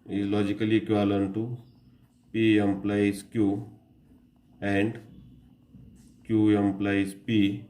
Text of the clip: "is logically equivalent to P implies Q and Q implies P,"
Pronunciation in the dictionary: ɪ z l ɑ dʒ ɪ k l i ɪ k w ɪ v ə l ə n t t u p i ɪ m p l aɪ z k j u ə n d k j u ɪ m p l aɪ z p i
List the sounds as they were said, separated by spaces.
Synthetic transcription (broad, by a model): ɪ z l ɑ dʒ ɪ k l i k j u ə l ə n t t u p i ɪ m p l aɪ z k j u ə n d k j u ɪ m p l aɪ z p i